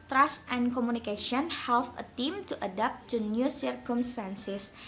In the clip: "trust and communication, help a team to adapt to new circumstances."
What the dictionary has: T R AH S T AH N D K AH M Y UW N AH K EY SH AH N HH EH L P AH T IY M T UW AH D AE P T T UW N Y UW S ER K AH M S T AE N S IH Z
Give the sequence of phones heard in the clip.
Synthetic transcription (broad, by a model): T R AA S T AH N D K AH M UW N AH K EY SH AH N HH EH L F AH T IY M T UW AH D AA P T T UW N Y UW S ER K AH M S T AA N S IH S